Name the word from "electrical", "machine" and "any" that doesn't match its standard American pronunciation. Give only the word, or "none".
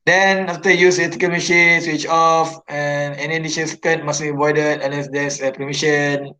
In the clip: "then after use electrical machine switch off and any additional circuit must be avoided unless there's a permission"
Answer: electrical